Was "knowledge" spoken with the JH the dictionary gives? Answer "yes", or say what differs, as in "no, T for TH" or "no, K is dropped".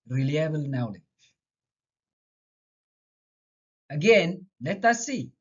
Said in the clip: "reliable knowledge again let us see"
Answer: no, JH is dropped